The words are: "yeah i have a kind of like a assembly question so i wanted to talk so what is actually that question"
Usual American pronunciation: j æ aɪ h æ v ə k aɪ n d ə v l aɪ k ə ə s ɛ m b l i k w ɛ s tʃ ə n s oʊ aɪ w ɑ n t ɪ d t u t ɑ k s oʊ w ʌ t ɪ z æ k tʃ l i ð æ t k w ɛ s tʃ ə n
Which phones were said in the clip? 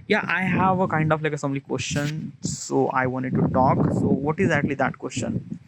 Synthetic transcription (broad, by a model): j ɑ aɪ h æ v ə k aɪ n d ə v l aɪ k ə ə s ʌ m l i k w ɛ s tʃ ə n s oʊ aɪ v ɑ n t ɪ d t u t ɑ k s oʊ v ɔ t ɪ z æ k tʃ l i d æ t k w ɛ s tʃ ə n